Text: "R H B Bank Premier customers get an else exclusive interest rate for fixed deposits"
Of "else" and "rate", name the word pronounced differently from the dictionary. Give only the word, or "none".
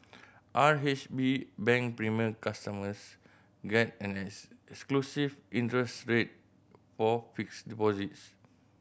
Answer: else